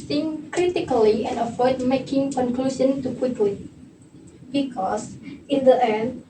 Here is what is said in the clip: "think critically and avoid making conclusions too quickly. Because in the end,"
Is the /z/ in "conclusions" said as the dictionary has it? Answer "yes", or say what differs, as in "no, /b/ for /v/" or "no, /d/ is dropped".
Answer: no, /z/ is dropped